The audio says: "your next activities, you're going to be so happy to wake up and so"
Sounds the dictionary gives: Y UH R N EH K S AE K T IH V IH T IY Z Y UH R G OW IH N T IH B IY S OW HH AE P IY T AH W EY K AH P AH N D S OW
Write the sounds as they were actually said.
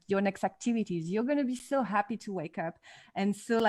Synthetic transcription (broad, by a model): Y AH R N EH K S AE K T IH V IH T IY Z Y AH R G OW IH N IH B IY S OW HH AE P IY T AH W EY K AH P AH N S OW